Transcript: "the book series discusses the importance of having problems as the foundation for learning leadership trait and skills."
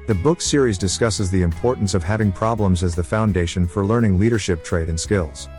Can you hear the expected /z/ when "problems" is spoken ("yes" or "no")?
yes